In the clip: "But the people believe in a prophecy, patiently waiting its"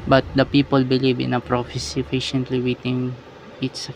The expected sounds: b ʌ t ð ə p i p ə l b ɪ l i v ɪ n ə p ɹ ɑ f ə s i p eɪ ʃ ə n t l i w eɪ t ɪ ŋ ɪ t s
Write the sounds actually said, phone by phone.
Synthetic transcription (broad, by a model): b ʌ t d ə p i p ə l b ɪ l i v ɪ n ə p ɹ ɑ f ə s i f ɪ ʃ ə n t l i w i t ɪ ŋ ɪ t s